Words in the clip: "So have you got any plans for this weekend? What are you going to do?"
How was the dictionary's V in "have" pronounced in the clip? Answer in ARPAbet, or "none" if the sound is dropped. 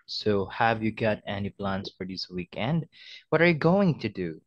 V